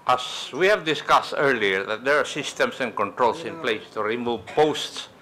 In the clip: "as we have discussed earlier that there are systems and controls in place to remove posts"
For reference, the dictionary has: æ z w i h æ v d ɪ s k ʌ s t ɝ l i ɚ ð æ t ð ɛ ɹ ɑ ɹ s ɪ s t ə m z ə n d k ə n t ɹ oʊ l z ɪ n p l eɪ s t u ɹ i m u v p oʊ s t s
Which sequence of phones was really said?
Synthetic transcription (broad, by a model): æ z w i h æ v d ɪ s k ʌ s t ɝ l i ɚ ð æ t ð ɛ ɹ ɑ ɹ s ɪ s t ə m s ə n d k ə n t ɹ oʊ l s ɪ n p l eɪ s t u ɹ i m u v p oʊ s t s